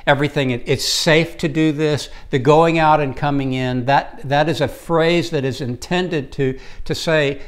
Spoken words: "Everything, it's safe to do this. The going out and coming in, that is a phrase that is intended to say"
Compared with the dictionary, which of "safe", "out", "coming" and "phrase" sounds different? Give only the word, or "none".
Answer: none